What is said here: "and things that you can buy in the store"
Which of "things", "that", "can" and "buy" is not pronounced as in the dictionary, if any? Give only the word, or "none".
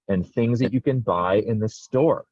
none